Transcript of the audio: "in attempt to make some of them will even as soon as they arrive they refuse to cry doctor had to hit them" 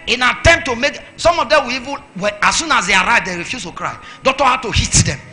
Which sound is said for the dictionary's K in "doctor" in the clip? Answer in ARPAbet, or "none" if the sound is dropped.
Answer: none